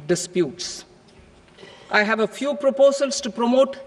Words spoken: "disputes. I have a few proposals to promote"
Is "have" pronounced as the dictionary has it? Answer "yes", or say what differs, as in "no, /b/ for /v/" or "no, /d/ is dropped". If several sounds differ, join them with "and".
yes